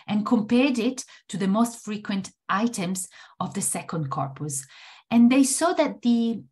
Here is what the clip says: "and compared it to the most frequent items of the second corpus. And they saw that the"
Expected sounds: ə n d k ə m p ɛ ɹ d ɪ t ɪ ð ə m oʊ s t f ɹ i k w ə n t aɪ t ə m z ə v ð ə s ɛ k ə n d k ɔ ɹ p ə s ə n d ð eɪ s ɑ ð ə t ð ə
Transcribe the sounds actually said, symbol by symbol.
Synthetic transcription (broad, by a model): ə n k ə m p ɛ ɹ d ɪ t ɪ ð ə m oʊ s t f ɹ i k w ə n t aɪ t ə m z ə v ð ə s ɛ k ə n d k ɔ ɹ p ə s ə n ð eɪ s ɑ ð ə t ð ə